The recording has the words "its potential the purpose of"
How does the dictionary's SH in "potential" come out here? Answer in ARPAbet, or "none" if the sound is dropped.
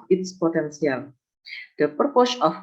S